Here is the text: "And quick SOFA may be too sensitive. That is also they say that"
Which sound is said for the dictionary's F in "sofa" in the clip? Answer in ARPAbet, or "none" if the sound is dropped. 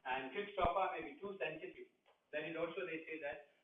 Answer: P